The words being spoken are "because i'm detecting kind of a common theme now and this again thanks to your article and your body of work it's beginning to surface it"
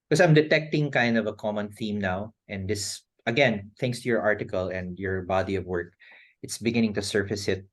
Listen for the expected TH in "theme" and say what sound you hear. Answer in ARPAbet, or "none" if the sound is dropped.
TH